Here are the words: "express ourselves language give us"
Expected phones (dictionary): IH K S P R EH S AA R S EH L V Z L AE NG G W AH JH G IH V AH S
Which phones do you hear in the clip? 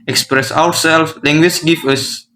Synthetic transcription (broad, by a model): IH K S P R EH S AA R S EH L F L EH NG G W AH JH G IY F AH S